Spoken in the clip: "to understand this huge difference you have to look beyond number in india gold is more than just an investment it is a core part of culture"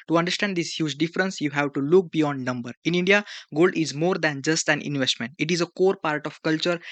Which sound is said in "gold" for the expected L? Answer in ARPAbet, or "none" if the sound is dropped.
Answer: L